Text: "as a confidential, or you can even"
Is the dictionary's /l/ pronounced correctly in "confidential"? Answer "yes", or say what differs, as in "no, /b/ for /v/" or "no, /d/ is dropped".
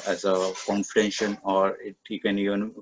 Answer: no, /n/ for /l/